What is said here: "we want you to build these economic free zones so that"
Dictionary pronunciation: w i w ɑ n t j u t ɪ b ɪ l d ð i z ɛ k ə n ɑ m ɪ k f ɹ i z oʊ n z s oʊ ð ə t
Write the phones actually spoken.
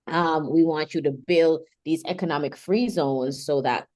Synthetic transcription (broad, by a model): w i w ɑ n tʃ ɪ t ɪ b ɪ l d ð i z ɛ k ə n ɑ m ɪ k f ɹ i z oʊ n z s oʊ ð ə t